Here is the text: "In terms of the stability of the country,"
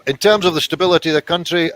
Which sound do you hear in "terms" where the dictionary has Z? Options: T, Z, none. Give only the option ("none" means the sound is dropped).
Z